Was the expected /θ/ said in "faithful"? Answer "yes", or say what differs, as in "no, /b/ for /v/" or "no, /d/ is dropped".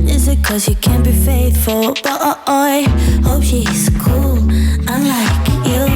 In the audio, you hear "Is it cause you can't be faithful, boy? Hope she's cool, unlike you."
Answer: yes